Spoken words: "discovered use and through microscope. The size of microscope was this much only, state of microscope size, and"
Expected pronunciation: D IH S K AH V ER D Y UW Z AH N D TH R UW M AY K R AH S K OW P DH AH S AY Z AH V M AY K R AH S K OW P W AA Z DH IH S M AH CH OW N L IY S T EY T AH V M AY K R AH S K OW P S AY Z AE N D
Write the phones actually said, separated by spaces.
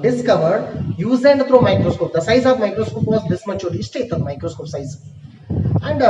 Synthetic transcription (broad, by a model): D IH S K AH V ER D Y UW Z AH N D T R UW M AY K R AH S K OW P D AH S AY Z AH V M AY K R AH S K OW P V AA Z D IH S M AH CH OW L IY S T EY T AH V M AY K R AH S K OW P S AY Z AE N D